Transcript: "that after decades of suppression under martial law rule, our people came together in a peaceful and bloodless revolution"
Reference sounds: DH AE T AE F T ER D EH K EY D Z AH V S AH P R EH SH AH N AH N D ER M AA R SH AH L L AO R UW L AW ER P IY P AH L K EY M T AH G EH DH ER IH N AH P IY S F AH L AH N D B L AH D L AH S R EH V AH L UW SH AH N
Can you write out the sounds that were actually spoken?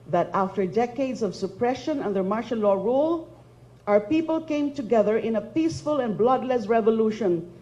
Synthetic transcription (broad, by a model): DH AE T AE F T ER D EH K EY D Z AH V S AH P R EH SH AH N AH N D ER M AA R SH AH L L AO R UW L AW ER P IY P AH L K EY M T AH G EH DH ER IH N AH P IY S F AH L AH N B L AH D L AH S R EH V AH L UW SH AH N